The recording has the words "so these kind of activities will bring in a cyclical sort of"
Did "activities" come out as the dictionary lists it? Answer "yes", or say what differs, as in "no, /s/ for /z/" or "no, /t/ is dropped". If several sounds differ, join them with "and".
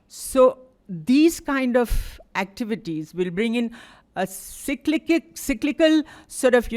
yes